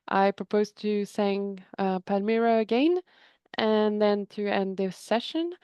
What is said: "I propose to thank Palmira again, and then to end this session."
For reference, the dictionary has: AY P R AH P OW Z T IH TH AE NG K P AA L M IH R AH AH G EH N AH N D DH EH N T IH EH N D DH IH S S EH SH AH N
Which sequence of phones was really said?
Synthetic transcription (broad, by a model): AY P R AH P OW Z T IH S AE NG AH P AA M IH R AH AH G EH N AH N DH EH N T IH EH N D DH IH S S EH SH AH N